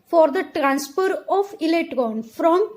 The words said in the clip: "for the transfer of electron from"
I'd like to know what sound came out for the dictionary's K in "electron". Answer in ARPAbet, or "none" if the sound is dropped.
none